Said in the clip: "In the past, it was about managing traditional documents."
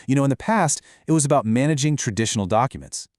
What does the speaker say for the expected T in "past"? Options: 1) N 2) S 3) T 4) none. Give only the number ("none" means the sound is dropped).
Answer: 3